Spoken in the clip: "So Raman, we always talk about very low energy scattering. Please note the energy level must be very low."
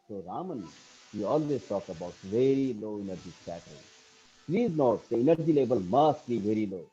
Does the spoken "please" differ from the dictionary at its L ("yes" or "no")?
no